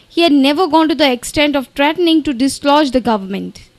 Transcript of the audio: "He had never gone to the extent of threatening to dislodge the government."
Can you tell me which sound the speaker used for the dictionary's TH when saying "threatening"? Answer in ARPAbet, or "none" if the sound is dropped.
T